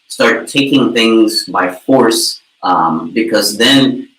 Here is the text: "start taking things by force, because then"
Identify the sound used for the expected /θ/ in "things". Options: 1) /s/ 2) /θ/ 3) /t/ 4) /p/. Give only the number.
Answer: 2